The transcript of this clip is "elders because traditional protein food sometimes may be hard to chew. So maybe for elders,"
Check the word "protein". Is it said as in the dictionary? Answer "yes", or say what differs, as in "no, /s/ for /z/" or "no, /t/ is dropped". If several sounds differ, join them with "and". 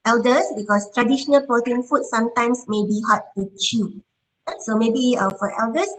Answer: no, /ɹ/ is dropped